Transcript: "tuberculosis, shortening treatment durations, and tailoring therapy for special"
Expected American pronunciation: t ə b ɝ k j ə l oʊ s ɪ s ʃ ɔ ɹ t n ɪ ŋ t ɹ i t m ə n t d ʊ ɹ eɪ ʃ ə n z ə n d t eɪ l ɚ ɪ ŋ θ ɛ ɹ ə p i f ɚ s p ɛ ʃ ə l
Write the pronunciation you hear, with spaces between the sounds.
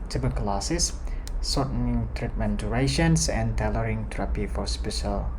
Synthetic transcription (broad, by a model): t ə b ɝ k l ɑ s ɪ s s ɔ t n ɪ ŋ t ɹ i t m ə n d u ɹ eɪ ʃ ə n s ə n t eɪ l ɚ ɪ ŋ t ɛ ɹ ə p i f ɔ s p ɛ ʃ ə l